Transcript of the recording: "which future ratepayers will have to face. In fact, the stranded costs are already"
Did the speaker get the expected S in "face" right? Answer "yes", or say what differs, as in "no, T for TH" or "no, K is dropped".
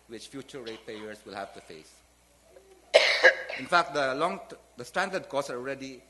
yes